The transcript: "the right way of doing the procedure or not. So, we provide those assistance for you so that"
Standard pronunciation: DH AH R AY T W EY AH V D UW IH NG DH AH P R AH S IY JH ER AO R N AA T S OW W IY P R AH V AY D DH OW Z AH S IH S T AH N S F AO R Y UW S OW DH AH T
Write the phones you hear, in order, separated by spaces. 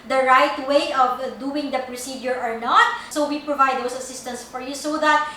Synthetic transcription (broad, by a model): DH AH R AY T W EY AH V D UW IH NG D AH P R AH S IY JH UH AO R N AA T S OW W IY P R AH V AY D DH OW S AH S IH S T AH N S F AO R Y UW S OW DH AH T